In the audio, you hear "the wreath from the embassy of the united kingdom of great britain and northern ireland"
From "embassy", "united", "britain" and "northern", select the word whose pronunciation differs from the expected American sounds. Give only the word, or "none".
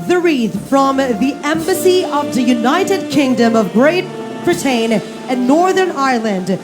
britain